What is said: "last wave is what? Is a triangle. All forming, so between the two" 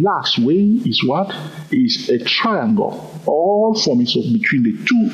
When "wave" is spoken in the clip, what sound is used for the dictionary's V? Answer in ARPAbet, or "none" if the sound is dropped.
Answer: none